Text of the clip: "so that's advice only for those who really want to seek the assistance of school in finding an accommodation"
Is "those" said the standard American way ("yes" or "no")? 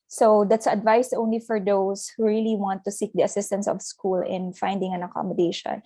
no